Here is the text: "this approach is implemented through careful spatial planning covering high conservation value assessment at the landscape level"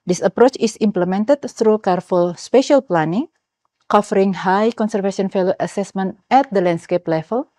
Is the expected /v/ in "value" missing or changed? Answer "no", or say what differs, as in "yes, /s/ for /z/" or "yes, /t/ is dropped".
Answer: yes, /f/ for /v/